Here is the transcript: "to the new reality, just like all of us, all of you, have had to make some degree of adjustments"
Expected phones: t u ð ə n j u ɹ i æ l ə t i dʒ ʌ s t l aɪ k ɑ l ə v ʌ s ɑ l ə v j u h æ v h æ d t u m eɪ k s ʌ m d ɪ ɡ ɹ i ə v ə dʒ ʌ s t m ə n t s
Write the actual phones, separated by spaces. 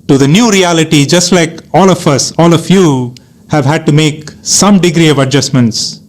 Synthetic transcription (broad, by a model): t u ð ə n j u ɹ i æ l ə t i dʒ ʌ s t l aɪ k ɑ l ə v ʌ s ɑ l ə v j u h æ v h æ d t u m eɪ k s ʌ m d ɪ ɡ ɹ i ə v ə dʒ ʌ s m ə n t s